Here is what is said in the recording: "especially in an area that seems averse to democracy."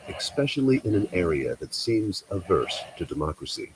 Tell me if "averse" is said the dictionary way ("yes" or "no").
yes